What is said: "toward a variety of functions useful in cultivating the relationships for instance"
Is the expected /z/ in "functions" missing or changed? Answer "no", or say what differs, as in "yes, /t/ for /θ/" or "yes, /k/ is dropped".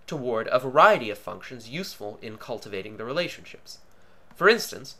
no